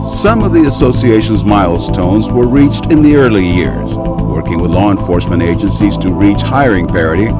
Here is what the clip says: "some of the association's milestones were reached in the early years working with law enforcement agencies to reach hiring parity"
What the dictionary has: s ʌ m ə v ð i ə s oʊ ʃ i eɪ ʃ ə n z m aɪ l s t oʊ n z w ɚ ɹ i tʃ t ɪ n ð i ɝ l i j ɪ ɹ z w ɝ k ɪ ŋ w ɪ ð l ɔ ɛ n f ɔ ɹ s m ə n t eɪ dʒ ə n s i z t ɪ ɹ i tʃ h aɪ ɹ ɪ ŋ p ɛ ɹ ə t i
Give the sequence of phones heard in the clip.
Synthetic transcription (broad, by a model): s ʌ m ə v ð i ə s oʊ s i eɪ ʃ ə n z m aɪ l s t oʊ n z w ɚ ɹ i tʃ t ɪ n ð i ɝ l i j ɪ ɹ z w ɝ k ɪ ŋ w ɪ ð l ɔ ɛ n f ɔ ɹ s m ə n t eɪ dʒ ə n s i z t ɪ ɹ i tʃ h aɪ ɹ ɪ ŋ p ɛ ɹ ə t i